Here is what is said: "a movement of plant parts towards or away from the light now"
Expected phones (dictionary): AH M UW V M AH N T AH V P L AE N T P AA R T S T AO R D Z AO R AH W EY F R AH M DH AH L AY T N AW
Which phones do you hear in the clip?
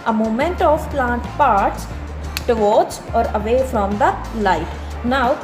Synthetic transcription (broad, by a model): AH M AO M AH N T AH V P L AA N T P AA R T S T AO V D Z AO R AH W EY F R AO M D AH L AY T N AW